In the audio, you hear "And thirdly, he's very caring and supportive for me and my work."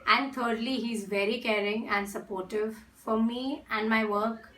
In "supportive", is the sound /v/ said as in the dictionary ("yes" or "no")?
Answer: yes